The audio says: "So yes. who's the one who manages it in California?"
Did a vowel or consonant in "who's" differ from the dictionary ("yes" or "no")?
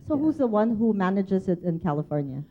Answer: no